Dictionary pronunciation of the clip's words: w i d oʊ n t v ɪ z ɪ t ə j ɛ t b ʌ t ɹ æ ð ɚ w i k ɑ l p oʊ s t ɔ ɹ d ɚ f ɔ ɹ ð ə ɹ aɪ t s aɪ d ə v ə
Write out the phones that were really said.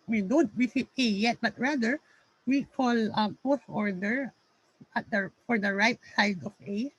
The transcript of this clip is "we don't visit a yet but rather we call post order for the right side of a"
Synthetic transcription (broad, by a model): w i d oʊ n t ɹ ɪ s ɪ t ə j ɛ t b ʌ t ɹ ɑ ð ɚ w i k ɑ l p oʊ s ɔ ɹ d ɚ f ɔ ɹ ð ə ɹ aɪ t s aɪ d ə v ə